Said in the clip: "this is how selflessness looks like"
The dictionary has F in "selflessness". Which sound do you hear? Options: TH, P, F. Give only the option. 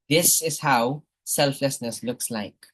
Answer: F